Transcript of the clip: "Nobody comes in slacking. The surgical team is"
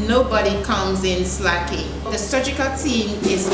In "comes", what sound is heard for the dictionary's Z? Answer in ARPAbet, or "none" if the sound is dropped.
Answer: Z